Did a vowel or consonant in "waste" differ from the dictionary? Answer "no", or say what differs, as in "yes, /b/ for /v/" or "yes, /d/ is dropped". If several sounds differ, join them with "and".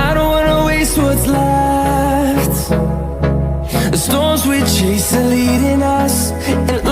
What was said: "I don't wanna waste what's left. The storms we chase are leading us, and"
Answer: no